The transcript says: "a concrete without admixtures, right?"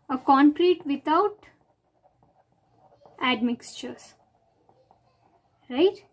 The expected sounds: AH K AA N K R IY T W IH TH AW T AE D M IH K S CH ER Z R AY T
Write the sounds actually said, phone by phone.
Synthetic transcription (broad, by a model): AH K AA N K R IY T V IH T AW T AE D M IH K S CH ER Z R AY T